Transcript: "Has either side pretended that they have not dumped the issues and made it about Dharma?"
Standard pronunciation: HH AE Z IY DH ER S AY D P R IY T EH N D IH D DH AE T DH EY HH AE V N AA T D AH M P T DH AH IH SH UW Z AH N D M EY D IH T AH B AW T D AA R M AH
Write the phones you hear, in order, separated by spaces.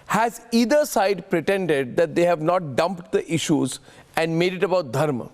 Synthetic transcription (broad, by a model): HH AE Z IY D ER S AY D P R IY T EH N D IH D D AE T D EY HH AE V N AA T D AH M P T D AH IH SH UW Z AH N D M EY D IH T AH B AW T D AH R M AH